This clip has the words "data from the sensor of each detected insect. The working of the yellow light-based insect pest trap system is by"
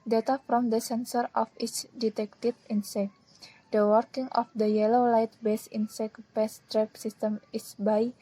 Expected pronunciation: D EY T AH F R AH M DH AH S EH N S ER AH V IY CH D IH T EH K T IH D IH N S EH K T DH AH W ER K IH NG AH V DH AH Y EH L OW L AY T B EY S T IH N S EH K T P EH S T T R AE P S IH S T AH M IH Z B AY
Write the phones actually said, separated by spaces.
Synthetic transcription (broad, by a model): D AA T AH F R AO M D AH S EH N S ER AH F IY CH D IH T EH K T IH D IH N S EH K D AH W ER K IH NG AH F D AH Y EH L OW L AY T B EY S IH N S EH K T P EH S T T R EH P S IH S T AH M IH S B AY